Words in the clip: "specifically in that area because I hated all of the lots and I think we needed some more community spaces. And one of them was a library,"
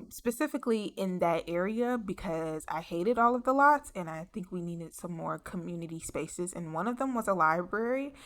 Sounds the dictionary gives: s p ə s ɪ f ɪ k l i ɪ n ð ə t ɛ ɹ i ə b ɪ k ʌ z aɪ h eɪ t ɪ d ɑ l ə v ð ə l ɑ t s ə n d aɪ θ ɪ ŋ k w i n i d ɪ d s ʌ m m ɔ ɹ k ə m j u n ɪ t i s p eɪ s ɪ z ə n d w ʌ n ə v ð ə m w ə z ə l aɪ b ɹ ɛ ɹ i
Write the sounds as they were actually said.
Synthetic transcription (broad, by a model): s p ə s ɪ f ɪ k l i ɪ n ð ə t ɛ ɹ i ə b ɪ k ʌ z aɪ h eɪ t ɪ d ɑ l ə v ð ə l ɑ t s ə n aɪ θ ɪ ŋ k w i n i d ɪ d s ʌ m m ɔ ɹ k ə m j u n ɪ t i s p eɪ s ɪ z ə n w ʌ n ə v ð ə m w ə z ə l aɪ b ɹ ɛ ɹ i